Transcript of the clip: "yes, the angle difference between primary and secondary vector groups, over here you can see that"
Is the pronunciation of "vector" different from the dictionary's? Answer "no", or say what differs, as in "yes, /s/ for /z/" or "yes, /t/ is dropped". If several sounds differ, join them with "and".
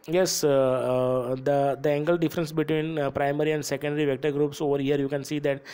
no